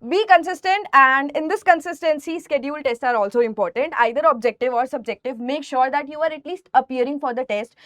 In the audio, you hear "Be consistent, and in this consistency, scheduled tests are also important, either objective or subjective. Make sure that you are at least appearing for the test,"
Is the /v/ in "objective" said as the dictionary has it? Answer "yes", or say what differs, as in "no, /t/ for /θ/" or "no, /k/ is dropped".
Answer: yes